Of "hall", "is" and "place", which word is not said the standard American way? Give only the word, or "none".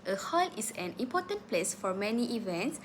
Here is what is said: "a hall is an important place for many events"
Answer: is